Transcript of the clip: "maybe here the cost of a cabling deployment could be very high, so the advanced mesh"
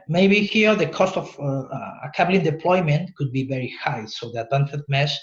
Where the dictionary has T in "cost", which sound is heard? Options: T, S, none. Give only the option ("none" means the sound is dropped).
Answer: T